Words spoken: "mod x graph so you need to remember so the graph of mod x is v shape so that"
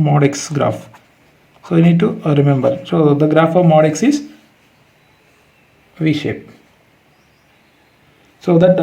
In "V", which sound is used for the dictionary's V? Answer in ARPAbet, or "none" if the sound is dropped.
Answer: V